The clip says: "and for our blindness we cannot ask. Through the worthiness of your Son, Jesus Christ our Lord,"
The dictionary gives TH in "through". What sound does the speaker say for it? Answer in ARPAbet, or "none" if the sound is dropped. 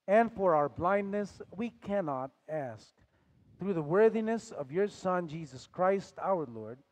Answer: TH